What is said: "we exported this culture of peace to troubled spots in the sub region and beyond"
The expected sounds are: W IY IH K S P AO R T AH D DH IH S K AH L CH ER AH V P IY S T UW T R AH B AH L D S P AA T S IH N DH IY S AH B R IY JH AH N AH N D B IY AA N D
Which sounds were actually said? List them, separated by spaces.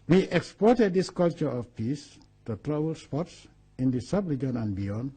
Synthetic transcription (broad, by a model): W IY IH K S P AO R T AH D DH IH S K AH L CH ER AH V P IY S T UW T R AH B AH L S P AA T S IH N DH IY S AH B L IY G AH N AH N B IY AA N